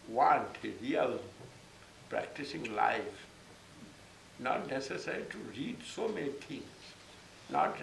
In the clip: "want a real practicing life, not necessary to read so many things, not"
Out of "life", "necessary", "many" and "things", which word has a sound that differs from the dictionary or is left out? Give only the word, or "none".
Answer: things